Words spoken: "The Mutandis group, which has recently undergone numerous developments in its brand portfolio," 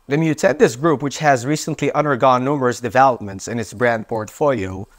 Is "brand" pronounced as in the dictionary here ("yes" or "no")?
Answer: yes